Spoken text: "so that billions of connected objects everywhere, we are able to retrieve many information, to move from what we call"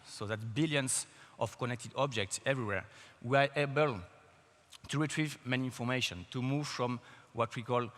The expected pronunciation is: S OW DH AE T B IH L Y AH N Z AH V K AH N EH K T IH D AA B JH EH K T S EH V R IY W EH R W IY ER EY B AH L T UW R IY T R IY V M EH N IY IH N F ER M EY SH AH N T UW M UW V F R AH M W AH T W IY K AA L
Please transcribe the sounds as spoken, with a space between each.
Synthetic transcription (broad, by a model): S OW DH AE T B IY L Y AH N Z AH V K AH N EH K T IH D AA B JH EH K T S EH V R IY W EH R W IY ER EY B AH L T UW R IY T R IY V M EH N IY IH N F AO M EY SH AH N T UW M UW V F R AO M W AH T W IY K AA L